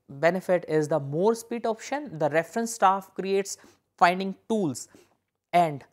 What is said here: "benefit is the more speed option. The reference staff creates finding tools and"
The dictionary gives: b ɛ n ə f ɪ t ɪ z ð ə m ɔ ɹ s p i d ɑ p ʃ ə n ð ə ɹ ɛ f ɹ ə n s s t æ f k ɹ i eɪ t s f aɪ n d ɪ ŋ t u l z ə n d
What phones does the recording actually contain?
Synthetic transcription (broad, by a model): b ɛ n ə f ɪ t ɪ z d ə m ɔ ɹ s p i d ɑ p ʃ ə n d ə ɹ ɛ f ɹ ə n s s t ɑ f k ɹ i eɪ t s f aɪ n d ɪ ŋ t u l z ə n d